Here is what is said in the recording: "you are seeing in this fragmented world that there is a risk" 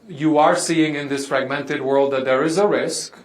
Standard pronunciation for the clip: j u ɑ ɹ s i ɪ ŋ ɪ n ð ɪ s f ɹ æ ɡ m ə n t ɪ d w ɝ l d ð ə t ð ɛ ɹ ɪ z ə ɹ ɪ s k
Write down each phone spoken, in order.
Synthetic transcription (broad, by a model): j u ɑ ɹ s i ɪ ŋ ɪ n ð ɪ s f ɹ æ ɡ m ə n t ɪ d w ɝ l d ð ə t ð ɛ ɹ ɪ z ə ɹ ɪ s k